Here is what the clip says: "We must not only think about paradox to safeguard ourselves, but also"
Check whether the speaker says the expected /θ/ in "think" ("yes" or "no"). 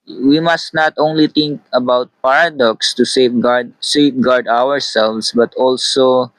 no